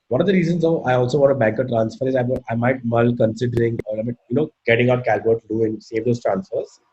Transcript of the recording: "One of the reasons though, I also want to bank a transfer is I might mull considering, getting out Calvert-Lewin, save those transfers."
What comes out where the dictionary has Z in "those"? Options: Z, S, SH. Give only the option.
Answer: S